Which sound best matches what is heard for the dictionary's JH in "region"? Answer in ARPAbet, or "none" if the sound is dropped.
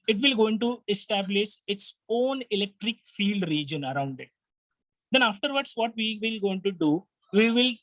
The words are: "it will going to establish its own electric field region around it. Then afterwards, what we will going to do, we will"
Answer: JH